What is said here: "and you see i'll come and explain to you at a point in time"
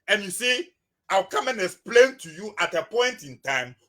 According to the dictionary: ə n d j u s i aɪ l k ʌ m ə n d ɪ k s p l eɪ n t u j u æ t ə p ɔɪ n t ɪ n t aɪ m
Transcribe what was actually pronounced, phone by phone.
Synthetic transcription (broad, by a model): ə n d j u s i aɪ w k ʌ m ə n ɪ k s p l eɪ n t u j u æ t ə p ɔɪ n t ɪ n t aɪ m